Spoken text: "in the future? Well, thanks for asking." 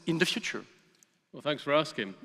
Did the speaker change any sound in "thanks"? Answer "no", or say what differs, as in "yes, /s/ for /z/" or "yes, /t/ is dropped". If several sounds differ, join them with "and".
no